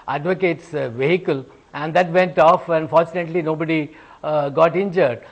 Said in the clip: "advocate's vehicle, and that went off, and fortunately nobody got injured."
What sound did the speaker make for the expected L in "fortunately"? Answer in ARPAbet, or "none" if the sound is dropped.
L